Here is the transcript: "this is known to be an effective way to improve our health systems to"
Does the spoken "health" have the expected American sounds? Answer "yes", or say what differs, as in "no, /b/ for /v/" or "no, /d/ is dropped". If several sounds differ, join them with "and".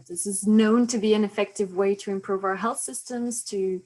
yes